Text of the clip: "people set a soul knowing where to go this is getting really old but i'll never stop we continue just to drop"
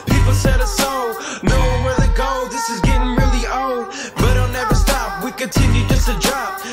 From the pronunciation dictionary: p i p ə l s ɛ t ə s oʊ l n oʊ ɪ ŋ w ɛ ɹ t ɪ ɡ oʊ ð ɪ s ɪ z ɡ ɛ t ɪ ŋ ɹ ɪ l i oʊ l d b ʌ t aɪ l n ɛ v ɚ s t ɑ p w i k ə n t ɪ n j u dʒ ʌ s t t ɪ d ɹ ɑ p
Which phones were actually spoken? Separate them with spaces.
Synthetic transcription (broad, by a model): p i p l s ɛ t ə s oʊ n oʊ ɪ w ɛ ɹ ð ɪ ɡ oʊ ð ɪ s ɪ z ɡ ɛ t ɪ ŋ ɹ ɪ l i oʊ l d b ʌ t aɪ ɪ n ɛ v ɚ s t ɑ p w i k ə n t ɪ n j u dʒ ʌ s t t ɪ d ɹ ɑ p